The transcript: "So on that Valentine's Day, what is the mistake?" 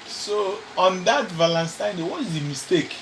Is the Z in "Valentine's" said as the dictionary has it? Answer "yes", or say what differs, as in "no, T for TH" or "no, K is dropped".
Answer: no, Z is dropped